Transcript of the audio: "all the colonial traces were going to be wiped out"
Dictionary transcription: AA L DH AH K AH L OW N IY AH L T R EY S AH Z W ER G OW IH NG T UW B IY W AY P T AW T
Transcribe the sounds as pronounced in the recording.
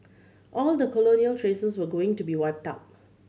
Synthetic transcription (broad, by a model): AA L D AH K AH L OW N IY AH L T R EY S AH S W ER G OW IH NG T UW B IY W AY P T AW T